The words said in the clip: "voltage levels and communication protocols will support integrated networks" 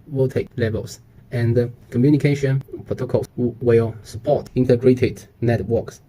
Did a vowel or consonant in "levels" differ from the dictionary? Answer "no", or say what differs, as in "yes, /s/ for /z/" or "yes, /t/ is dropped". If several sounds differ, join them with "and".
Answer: yes, /s/ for /z/